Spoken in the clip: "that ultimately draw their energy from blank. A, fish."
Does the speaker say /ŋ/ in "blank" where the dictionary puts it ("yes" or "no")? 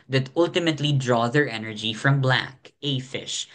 no